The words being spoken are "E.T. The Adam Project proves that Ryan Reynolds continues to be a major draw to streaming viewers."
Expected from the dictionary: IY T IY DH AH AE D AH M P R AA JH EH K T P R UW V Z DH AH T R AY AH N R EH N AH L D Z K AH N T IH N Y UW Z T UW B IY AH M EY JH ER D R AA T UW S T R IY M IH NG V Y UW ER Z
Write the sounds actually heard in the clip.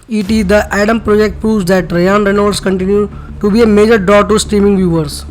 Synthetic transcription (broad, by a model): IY T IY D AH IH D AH M P R AA JH EH K T P R UW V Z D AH T R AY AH N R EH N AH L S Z K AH N T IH N Y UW T UW B IY AH M EY JH ER D R AA T UW S T R IY M IH NG V Y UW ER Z